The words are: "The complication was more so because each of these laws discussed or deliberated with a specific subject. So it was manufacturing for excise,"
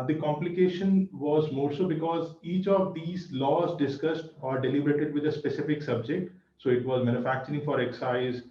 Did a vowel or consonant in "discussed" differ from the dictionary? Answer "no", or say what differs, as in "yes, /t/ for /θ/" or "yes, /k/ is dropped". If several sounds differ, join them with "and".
no